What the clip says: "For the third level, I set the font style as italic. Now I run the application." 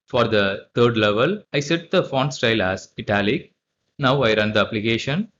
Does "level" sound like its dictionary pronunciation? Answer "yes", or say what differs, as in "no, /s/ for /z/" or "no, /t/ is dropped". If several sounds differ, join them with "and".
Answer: yes